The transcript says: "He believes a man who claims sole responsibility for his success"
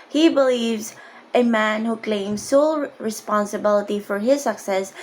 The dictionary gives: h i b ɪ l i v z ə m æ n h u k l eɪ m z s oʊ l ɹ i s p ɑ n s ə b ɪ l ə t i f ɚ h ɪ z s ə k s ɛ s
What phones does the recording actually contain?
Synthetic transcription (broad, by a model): h i b ɪ l i v z ə m æ n h u k l eɪ m z s oʊ l ɹ i s p ɑ n s ə b ɪ l ə t i f ɚ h ɪ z s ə k s ɛ s